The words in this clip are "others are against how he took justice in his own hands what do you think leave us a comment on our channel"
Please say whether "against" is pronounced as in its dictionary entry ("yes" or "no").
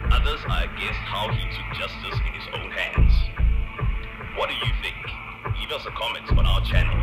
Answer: no